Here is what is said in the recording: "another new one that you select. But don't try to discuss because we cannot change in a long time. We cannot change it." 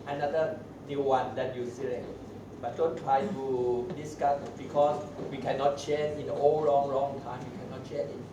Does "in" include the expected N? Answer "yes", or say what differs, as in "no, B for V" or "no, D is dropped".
no, L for N